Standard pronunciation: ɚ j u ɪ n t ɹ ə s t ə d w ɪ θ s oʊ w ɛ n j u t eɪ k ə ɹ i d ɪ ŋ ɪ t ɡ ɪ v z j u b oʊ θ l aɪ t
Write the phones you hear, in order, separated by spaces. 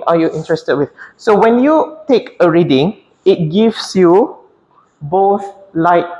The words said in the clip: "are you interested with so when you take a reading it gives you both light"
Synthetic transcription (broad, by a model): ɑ j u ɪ n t ɹ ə s t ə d w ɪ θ s oʊ w ɛ n j u t eɪ k ə ɹ i d ɪ ŋ ɪ t ɡ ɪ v s j u b oʊ θ l aɪ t